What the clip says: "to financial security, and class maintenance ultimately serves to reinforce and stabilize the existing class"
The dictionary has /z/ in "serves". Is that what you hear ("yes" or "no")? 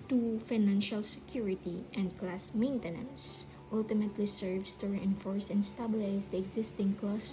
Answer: no